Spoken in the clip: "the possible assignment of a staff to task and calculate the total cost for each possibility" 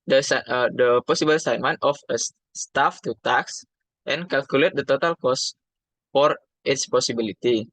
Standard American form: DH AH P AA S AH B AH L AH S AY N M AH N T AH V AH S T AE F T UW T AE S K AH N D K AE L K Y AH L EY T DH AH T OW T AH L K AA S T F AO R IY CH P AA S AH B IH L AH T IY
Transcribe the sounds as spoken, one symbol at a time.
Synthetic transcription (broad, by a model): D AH P AA S AH B AH L S AY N M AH N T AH F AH S T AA F T UW T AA S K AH N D K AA L K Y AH L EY T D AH T OW T AH L K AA S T F AO R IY S P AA S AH B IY L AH T IY